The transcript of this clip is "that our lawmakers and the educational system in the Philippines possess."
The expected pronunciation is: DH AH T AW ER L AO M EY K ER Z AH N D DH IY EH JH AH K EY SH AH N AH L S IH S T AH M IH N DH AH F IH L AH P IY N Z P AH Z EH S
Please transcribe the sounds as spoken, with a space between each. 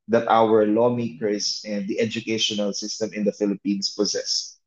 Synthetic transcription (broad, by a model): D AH T AW ER L AO M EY K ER S AH N D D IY EH JH AH K EY SH AH N AH L S IH S T AH M IH N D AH F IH L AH P IY N S P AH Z EH S